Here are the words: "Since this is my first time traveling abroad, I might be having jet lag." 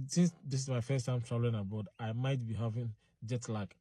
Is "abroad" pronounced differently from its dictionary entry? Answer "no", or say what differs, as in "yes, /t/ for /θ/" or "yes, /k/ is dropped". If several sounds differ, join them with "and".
yes, /ɹ/ is dropped